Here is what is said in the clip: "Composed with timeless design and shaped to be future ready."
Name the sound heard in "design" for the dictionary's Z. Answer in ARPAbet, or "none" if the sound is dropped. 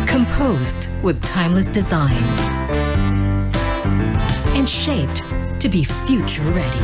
Z